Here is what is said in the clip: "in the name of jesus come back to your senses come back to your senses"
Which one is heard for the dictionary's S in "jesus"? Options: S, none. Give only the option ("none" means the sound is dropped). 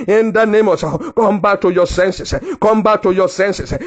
none